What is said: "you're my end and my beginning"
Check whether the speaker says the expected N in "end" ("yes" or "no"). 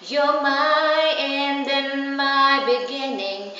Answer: yes